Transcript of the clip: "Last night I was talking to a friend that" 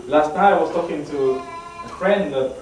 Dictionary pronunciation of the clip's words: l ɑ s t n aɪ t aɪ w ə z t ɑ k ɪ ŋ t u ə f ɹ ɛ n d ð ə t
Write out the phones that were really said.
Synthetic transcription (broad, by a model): l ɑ s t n aɪ aɪ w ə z t ɑ k ɪ ŋ t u ə f ɹ ɛ n d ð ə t